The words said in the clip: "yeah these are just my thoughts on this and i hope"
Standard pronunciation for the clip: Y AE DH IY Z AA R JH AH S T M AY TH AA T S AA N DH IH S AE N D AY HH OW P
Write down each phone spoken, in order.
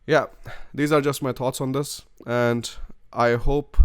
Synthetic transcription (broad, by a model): Y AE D IY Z AA R JH AH S T M AY T AA T S AA N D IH S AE N D AY HH OW P